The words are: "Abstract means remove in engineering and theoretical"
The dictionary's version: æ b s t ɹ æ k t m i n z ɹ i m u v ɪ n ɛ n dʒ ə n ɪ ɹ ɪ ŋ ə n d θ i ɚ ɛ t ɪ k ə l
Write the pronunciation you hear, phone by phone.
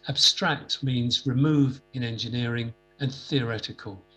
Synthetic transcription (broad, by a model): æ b s t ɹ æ k t m i n z ɹ i m u v ɪ n ɛ n dʒ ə n ɪ ɹ ɪ ŋ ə n θ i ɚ ɛ t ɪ k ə l